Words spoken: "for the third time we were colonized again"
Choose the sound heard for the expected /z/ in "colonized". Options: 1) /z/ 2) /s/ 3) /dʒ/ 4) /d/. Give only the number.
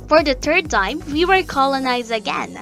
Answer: 1